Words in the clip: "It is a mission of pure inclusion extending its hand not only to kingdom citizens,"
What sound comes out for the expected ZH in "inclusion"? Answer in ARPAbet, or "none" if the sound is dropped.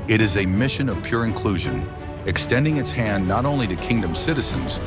ZH